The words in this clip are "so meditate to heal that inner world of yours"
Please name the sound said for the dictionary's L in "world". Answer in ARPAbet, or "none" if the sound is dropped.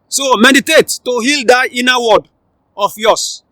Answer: none